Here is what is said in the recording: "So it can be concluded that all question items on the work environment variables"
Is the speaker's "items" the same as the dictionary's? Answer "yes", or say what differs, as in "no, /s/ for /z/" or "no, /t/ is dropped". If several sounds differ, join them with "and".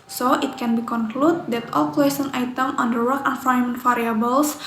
no, /z/ is dropped